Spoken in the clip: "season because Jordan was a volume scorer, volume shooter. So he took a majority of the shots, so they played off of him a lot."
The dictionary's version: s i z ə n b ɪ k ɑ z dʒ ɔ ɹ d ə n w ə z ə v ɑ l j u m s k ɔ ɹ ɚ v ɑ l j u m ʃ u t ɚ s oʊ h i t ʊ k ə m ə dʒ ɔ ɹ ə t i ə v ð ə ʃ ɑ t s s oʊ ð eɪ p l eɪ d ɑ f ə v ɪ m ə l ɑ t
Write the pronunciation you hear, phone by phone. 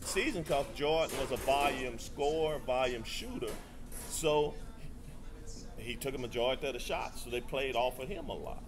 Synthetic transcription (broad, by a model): s i z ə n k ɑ s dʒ ɔ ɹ n w ə z ə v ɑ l j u m s k ɔ ɹ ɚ v ɑ l j u m ʃ u t ɚ s oʊ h i t ʊ k ə m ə dʒ ɔ ə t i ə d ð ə ʃ ɑ t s s oʊ ð eɪ p l eɪ d ɑ f ə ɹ ɪ m ə l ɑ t